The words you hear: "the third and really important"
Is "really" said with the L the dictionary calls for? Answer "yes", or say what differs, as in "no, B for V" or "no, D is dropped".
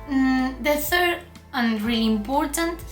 no, L is dropped